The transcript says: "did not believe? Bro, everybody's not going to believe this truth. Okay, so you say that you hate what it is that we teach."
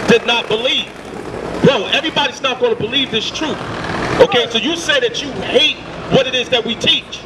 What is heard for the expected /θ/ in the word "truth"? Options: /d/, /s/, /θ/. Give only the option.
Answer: /θ/